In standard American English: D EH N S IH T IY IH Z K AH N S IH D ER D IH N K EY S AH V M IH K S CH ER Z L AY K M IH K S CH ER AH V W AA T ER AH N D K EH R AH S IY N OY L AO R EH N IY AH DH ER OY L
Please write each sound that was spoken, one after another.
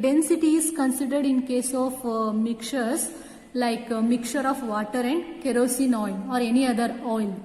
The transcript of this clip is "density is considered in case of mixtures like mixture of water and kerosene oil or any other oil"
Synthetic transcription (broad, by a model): D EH N S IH T IY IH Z K AH N S IH D ER D IH N K EY S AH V M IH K CH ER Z L AY K M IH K CH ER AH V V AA T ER AH N D K EH R AH S IY N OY N AO R EH N IY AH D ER OY L